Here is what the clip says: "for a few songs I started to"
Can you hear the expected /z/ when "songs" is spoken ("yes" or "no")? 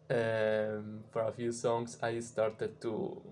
no